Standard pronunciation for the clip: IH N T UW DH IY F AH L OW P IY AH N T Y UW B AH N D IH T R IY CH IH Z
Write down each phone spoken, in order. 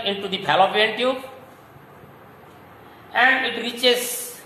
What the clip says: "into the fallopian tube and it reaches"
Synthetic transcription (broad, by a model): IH N T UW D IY P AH L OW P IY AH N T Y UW AH N D IH T R IY CH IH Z